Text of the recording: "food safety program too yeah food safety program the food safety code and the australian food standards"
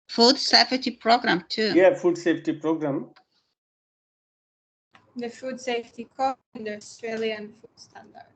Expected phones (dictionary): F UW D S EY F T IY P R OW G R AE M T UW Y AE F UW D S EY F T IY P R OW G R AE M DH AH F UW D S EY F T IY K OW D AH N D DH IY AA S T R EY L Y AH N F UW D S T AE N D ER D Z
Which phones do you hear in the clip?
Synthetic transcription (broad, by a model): F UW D S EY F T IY P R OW G R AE M T UW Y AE F UW D S EY F T IY P R OW G R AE M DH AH F UW D S EY F T IY K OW AH N D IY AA S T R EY L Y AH N F UW D S T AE N D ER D